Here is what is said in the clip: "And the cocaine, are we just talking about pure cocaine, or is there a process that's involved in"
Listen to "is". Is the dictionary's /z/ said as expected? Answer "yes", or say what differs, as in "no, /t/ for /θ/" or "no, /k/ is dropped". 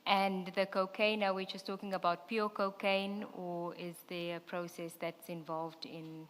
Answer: yes